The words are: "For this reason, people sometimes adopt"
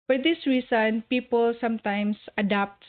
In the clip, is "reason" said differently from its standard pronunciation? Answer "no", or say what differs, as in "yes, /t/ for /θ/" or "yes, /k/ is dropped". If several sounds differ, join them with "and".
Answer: yes, /s/ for /z/